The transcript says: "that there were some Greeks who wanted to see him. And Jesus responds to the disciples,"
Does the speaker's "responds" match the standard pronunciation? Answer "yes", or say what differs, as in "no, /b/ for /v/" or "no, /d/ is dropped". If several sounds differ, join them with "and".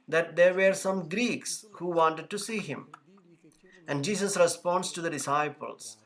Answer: no, /s/ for /z/